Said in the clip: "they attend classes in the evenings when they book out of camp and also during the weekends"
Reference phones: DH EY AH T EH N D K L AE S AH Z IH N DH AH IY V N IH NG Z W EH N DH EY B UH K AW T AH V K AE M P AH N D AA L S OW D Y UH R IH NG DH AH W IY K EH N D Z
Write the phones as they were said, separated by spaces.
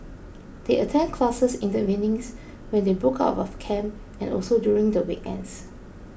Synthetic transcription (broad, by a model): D EY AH T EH N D K L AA S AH S IH N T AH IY N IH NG S W EH N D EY B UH K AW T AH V K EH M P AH N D AA L S OW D Y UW R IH NG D AH W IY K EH N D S